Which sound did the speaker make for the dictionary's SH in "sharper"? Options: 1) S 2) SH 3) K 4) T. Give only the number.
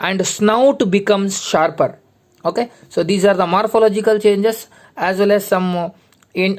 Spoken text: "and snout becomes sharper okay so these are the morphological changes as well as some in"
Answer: 2